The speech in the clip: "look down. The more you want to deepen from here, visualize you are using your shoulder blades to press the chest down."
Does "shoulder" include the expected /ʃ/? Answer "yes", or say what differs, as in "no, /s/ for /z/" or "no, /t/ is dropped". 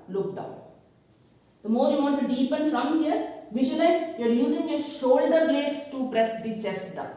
yes